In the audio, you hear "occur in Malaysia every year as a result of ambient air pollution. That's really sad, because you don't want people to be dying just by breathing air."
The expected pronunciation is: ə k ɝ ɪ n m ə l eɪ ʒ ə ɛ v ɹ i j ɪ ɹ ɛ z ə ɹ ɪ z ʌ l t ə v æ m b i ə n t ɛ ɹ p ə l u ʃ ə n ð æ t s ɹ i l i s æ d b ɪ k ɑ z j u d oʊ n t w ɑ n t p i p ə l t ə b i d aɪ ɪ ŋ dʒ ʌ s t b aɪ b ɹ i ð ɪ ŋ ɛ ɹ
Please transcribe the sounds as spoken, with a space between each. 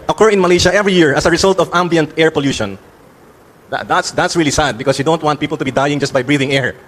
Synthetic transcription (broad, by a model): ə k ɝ ɪ n m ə l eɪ ʃ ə ɛ v ɹ i j ɪ ɹ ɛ s ə ɹ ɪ s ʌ l t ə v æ m b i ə n t ɛ ɹ p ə l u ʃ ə n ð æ t s ɹ i l i s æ d b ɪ k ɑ s j u d oʊ n t w ɑ n t p i p l t ə b i d aɪ ɪ ŋ dʒ ʌ s t b aɪ b ɹ i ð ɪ ŋ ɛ ɹ